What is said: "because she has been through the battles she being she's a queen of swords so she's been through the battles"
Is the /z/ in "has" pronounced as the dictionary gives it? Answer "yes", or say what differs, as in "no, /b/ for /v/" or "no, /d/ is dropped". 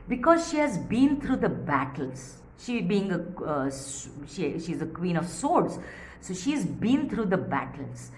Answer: yes